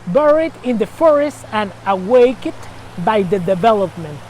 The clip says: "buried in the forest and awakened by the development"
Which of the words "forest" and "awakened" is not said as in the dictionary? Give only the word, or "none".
awakened